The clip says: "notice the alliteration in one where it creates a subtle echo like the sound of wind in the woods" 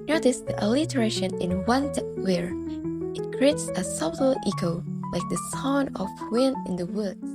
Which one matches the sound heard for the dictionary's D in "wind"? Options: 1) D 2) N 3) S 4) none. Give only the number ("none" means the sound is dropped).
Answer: 4